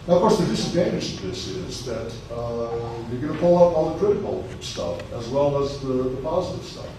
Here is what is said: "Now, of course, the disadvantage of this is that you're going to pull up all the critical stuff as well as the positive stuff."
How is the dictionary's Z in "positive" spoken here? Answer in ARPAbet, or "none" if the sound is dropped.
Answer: Z